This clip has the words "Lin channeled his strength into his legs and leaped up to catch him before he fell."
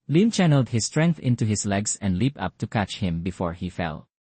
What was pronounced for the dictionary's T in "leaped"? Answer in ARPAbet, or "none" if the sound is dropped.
none